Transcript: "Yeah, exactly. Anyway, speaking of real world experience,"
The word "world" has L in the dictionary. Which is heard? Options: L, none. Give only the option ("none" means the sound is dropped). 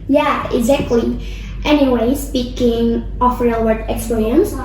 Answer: none